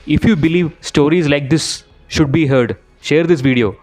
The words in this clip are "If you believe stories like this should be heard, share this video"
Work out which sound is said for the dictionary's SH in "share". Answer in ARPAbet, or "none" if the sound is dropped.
SH